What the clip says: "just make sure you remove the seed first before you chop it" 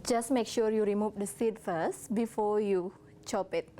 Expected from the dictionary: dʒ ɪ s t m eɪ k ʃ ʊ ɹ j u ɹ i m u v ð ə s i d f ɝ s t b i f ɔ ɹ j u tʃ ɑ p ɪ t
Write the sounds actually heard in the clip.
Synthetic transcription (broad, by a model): dʒ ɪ s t m eɪ k ʃ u ɹ j u ɹ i m u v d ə s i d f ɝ s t b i f ɔ j u tʃ ɑ p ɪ t